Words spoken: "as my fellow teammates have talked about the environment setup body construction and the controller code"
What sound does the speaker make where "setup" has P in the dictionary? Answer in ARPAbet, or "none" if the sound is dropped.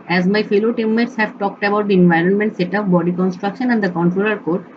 F